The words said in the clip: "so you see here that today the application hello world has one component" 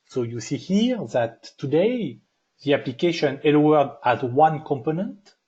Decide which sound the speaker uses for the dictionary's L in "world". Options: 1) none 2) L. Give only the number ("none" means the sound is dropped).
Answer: 1